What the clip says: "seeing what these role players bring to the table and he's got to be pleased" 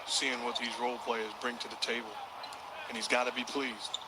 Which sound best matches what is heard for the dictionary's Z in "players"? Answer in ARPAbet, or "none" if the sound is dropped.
Z